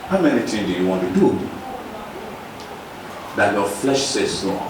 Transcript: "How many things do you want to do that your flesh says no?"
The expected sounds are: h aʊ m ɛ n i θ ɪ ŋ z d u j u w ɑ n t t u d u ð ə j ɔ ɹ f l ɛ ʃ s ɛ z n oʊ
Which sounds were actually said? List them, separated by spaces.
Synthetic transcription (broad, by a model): h aʊ m ɛ n i t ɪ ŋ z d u j u w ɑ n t t u d u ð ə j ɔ f l ɛ ʃ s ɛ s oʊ